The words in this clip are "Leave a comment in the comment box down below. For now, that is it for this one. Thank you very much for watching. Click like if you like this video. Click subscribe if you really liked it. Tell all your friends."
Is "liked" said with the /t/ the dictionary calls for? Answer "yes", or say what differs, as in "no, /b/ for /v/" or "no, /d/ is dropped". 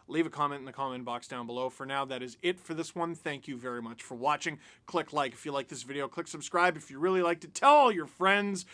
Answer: yes